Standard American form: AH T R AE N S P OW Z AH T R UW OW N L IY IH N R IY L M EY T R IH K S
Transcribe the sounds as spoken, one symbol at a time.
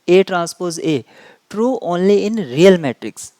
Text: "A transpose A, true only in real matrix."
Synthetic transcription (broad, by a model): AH T R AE N S P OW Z AH T R UW OW N L IY IH N R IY L M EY T R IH K S